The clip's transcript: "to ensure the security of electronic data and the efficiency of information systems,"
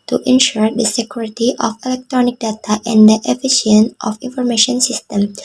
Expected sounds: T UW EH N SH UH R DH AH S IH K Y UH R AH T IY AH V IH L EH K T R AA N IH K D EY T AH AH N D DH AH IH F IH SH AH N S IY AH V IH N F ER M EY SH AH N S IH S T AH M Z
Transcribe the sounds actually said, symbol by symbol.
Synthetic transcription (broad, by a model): T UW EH N SH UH R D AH S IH K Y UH R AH T IY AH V IH L EH K T R AA N IH K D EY T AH AH N D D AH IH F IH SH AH N IY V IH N F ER M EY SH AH N S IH S T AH M